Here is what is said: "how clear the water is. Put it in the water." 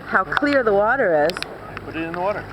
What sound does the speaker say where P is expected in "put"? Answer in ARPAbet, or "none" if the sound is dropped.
B